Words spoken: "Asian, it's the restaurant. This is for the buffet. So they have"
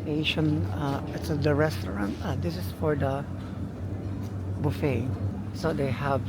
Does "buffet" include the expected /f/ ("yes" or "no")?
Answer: yes